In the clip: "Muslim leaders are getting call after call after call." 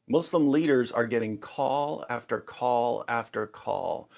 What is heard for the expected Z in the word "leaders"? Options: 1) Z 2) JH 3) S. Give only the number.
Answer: 1